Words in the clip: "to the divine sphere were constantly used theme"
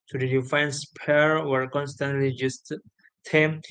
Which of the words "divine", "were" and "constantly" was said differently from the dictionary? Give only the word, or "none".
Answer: divine